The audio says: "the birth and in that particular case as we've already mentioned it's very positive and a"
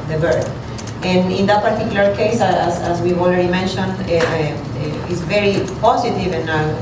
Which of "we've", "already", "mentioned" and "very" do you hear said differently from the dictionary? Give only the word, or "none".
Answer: we've